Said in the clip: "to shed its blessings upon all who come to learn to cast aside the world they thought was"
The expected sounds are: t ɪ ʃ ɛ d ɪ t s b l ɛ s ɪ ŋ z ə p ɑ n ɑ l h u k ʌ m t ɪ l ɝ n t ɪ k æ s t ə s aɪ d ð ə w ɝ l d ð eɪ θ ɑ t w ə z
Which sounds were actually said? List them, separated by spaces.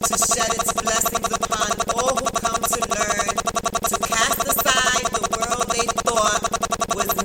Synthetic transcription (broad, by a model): t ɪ ʃ ɛ d ɪ t s b l ɛ s ɪ ŋ z ə p ɑ n ɑ l h u k ʌ m t ɪ l ɝ n t ɪ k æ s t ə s aɪ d ð ə w ɝ l d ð eɪ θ ɑ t w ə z